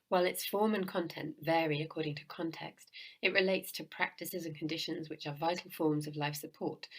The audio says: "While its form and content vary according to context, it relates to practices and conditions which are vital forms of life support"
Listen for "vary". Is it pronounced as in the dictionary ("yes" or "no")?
yes